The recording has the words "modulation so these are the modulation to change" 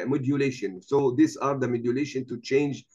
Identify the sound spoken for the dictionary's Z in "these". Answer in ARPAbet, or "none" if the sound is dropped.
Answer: S